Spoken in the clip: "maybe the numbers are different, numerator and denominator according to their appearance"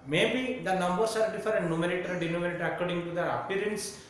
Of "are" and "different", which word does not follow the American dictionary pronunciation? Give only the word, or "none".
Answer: different